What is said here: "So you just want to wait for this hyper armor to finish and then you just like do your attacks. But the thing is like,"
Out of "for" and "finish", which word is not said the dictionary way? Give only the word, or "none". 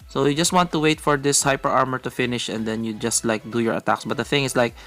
none